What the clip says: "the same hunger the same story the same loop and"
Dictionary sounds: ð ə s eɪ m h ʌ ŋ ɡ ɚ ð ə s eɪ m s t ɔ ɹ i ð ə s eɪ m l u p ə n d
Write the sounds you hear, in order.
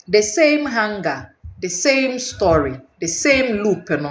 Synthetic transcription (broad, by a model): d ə s eɪ m h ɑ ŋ ɡ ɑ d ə s eɪ m s t ɔ ɹ i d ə s eɪ m l u p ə n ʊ